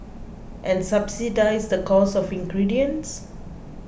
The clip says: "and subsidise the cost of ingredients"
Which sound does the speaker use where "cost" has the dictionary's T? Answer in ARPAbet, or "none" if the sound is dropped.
none